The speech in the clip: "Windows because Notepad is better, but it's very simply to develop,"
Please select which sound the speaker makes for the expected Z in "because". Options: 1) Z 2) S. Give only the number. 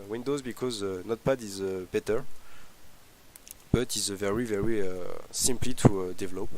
1